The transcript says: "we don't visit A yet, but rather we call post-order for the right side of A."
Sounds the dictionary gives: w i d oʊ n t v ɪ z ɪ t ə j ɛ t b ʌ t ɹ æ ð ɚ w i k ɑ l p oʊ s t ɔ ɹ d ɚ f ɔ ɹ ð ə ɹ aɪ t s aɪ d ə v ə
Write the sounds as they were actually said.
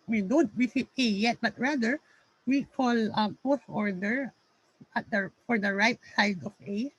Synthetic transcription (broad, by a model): w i d oʊ n t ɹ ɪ s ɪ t ə j ɛ t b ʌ t ɹ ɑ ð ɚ w i k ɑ l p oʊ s ɔ ɹ d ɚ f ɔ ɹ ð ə ɹ aɪ t s aɪ d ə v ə